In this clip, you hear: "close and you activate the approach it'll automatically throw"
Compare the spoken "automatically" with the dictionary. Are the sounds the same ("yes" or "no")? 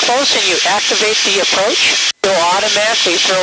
yes